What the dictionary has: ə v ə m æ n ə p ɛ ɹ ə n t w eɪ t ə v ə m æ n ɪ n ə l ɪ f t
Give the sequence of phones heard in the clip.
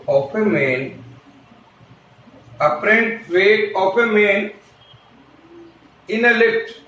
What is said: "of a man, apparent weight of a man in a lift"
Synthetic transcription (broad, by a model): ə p ə m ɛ n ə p ɹ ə n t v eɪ ə p ə m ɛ n ɪ n ə l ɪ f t